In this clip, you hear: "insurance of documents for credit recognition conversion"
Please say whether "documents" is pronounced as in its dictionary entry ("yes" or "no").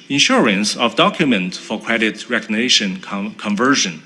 no